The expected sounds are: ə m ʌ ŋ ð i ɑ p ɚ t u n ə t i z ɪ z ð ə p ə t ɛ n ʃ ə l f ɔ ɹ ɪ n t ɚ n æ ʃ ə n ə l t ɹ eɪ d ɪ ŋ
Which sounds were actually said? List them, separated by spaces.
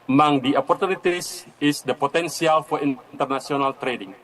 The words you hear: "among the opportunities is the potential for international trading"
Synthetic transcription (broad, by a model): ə m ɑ ŋ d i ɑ p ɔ t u n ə t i s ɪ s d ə p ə t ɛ n s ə l f ɔ ɹ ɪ n t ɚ n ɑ s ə n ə l t ɹ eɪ d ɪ ŋ